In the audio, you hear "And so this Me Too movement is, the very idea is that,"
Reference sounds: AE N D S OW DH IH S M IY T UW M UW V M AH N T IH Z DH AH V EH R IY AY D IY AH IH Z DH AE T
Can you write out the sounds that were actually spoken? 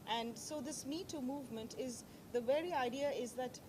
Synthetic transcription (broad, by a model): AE N D S OW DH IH S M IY T UW M UW V M AH N T IH Z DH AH V EH R IY AY D IY AH IH Z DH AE T